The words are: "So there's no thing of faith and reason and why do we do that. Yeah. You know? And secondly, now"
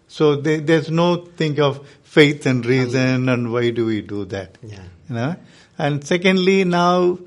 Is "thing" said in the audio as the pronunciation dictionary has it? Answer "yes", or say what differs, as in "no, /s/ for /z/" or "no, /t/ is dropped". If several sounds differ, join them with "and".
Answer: no, /t/ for /θ/